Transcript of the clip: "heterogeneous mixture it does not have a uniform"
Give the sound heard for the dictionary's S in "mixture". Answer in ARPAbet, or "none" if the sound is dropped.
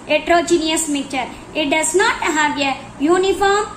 none